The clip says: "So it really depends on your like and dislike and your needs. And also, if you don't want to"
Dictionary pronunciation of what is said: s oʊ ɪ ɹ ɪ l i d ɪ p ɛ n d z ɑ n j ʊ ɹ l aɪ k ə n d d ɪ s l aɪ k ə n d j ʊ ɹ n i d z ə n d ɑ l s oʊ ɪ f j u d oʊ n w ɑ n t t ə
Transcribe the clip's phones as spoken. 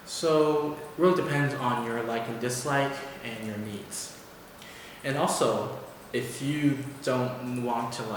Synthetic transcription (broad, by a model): s oʊ ɪ ɹ ɪ l i d ɪ p ɛ n d z n j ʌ ɹ l aɪ k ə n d d ɪ s l aɪ k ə n j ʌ ɹ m i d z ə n ɑ l s oʊ ɪ f j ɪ d oʊ n w ɑ n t t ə